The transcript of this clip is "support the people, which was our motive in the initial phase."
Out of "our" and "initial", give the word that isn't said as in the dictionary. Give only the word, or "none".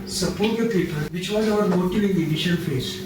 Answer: initial